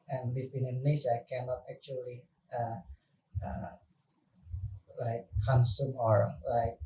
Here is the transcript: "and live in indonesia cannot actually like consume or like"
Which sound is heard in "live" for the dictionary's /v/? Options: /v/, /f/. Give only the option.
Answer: /f/